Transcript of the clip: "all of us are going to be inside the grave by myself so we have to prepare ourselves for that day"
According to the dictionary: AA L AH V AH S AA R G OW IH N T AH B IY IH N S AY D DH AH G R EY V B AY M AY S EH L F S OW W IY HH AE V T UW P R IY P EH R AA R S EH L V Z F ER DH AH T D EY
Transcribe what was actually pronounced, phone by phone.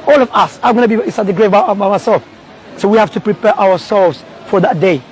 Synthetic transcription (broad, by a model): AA L AH V AH S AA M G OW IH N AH B IY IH S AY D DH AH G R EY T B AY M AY S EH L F S OW W IY HH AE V T UW P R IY P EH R AA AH S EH L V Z F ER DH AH T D EY